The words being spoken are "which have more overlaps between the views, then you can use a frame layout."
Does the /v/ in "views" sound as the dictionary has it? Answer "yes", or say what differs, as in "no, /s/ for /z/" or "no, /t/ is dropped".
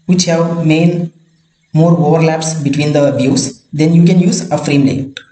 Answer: no, /b/ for /v/